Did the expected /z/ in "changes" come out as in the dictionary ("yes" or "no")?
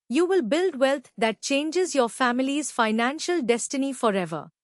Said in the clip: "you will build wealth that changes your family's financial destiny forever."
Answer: yes